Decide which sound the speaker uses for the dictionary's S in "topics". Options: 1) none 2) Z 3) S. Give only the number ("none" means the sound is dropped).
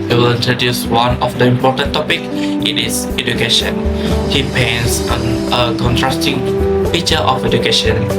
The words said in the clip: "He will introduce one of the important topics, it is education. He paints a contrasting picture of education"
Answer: 1